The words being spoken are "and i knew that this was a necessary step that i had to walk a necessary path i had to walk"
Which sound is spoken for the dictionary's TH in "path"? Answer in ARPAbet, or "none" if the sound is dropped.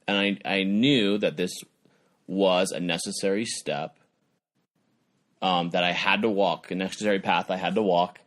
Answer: TH